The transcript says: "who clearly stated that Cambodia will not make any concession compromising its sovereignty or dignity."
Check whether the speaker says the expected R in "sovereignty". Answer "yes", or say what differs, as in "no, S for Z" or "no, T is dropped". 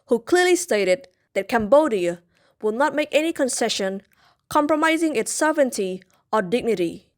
no, R is dropped